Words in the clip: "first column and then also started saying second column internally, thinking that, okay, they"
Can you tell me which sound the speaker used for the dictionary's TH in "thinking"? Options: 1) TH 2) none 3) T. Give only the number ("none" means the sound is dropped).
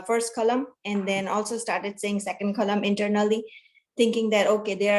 3